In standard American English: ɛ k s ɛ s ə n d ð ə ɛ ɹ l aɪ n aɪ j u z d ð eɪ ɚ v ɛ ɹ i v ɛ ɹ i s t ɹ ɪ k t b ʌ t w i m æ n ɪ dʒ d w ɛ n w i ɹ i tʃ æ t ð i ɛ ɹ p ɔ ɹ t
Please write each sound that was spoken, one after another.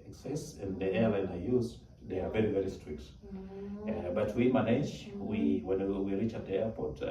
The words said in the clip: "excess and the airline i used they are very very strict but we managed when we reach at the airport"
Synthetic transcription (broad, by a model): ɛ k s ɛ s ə n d ð ə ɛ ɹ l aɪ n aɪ j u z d ð eɪ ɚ v ɛ ɹ i v ɛ ɹ i s t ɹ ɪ k t b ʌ t w i m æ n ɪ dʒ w w ɛ n w i ɹ i tʃ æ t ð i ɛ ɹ p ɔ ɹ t